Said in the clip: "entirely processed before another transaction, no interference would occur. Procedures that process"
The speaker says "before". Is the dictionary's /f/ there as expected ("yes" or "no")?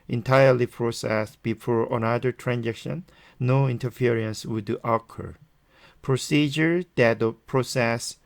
yes